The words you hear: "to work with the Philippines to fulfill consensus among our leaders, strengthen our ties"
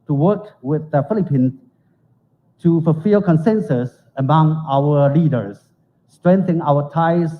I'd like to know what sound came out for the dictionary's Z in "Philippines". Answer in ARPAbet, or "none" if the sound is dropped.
none